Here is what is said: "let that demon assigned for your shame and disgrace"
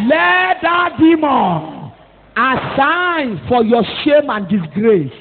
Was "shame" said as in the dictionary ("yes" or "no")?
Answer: yes